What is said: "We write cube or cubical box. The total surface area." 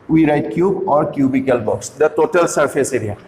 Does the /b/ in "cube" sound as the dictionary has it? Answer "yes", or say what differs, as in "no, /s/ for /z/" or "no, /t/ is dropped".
yes